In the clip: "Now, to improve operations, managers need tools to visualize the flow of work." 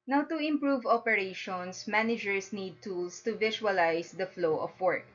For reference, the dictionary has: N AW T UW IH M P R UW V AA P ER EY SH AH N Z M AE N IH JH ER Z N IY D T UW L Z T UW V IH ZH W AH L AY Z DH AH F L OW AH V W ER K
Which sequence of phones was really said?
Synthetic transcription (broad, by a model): N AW T UW IH M P R UW V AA P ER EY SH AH N S M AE N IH JH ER S N IY D T UW L S T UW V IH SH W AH L AY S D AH F L OW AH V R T